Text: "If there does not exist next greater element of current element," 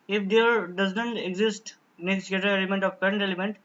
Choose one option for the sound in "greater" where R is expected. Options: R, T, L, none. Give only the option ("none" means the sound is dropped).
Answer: none